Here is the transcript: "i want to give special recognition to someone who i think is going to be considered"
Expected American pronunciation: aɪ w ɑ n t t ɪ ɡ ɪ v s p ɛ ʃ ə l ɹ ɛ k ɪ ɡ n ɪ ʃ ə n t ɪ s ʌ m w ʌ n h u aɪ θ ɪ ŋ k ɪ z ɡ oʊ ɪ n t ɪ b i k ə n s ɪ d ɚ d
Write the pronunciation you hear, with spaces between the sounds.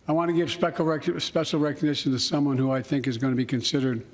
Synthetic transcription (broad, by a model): aɪ w ɑ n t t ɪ ɡ ɪ v s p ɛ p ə l ɹ ɛ k ɪ ɡ n ɪ ʃ ə n t ɪ s ʌ m w ʌ n h u aɪ θ ɪ ŋ k ɪ z ɡ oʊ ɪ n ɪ b i k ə n s ɪ d ɚ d